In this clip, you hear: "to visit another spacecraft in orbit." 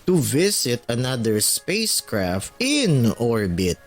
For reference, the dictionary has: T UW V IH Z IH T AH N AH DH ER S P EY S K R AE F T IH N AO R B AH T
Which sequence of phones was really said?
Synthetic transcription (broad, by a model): T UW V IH S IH T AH N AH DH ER S P EY S K R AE F T IH N AO R B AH T